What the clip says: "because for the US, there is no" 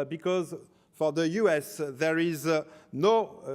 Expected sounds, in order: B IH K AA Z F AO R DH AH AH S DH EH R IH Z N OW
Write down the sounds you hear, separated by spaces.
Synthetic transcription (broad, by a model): B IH K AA Z F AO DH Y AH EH S DH EH R IH Z N OW